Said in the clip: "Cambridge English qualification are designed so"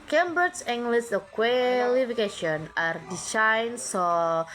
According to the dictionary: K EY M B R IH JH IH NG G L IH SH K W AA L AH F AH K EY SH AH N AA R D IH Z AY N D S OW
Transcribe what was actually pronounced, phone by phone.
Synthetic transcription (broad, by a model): K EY M B R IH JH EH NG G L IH S K W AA L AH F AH K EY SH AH N AA R D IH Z AY N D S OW